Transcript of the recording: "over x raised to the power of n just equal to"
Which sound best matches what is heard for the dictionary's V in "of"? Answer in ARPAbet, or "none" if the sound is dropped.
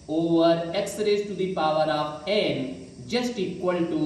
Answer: P